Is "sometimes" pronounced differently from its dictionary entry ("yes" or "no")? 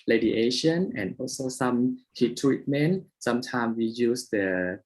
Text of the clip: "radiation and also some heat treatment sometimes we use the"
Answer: yes